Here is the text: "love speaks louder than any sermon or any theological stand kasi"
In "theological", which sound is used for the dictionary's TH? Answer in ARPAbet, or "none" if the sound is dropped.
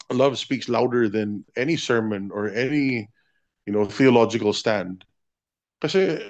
TH